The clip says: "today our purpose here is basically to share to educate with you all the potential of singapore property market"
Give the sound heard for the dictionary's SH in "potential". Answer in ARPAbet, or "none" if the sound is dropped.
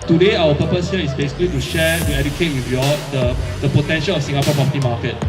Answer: SH